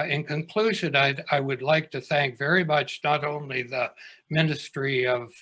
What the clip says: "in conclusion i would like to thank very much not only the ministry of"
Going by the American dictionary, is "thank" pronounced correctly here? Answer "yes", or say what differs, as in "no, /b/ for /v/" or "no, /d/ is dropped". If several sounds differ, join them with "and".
yes